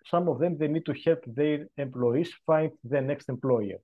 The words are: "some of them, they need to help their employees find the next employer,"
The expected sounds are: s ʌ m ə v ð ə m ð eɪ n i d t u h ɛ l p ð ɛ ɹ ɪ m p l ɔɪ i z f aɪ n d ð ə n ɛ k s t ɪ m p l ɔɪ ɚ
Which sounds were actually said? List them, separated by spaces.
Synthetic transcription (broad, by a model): s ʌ m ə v ð ə m ð eɪ n i d t u h ɛ l p ð ɛ ɹ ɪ m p l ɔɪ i s f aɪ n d ð ə n ɛ k s t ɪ m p l ɔɪ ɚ